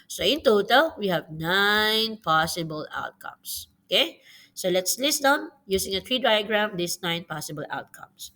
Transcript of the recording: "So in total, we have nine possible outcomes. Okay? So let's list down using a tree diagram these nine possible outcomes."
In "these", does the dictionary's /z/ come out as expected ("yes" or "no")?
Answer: no